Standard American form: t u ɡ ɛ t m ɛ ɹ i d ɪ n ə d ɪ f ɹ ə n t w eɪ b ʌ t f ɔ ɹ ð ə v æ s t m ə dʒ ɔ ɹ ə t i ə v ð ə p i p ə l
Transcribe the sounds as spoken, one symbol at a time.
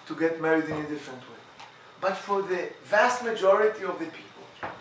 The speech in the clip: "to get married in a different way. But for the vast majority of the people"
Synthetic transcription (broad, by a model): t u ɡ ɛ t m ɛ ɹ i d ɪ n ə d ɪ f ɹ ə n t w eɪ b ʌ t f ɔ ɹ ð ə v æ s t m ə dʒ ɔ ɹ ə t i ə v ð ə p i p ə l